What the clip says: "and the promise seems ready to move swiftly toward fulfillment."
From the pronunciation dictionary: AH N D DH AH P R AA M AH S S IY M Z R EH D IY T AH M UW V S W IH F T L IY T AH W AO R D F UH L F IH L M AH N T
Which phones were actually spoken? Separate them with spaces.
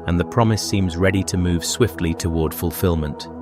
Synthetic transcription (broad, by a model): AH N DH AH P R AA M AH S S IY M Z R EH D IY T AH M UW V S W IH F T L IY T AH W AO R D F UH L F IH L M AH N T